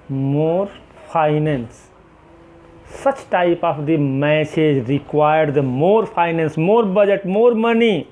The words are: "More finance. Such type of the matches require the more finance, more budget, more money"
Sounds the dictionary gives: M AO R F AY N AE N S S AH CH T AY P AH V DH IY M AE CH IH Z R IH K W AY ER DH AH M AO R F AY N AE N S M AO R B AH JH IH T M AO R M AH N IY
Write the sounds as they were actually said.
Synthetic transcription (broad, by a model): M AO R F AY N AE N S S AH CH T AY P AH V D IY M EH S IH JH R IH K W AY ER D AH M AO R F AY N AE N S M AO R B AH JH IH T M AO R M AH N IY